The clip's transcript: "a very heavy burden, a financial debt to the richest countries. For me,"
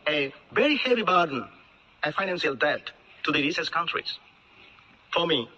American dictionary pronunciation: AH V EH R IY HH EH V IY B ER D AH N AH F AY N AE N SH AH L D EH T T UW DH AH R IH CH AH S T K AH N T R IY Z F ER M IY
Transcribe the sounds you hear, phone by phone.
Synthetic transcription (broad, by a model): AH V EH R IY HH EH V IY B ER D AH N AH F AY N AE N S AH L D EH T T UW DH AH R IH S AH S K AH N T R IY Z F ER M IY